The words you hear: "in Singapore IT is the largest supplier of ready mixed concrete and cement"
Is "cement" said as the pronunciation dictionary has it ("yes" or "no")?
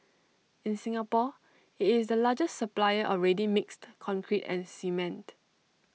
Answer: yes